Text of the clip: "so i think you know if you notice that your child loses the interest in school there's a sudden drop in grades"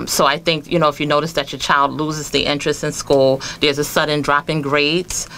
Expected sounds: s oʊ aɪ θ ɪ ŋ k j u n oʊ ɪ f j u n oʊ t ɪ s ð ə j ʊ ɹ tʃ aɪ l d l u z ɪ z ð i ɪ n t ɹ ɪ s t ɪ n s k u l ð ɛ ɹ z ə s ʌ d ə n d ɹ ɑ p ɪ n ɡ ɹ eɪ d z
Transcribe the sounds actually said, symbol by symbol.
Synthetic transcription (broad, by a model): s oʊ aɪ θ ɪ ŋ k j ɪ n oʊ ɪ f j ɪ n oʊ t ɪ s ð ə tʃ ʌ ɹ tʃ aɪ l d l u z ɪ z ð i ɪ n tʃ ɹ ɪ s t ɪ n s k u l ð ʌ ɹ z ə s ʌ d n d ɹ ɑ p ɪ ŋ ɡ ɹ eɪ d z